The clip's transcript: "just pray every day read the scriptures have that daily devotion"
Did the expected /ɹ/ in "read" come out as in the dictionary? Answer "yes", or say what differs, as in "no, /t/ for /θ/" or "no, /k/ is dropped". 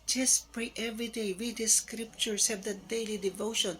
no, /w/ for /ɹ/